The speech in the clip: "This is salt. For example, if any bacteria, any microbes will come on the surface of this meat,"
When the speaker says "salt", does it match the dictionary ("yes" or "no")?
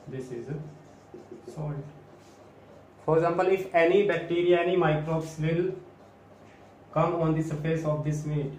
no